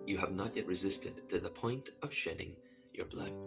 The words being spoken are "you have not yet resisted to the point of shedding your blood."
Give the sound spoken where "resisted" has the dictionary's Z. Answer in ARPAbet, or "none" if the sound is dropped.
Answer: Z